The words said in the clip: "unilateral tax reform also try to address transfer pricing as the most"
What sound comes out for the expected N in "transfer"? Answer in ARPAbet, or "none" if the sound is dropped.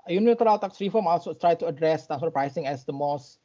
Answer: none